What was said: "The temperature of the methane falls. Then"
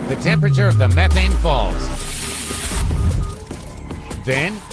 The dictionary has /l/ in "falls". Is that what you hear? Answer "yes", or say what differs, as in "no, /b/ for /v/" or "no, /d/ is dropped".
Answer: yes